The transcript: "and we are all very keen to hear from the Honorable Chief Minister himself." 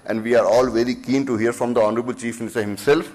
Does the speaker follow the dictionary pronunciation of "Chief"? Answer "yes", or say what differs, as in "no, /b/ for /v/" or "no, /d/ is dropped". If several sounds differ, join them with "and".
yes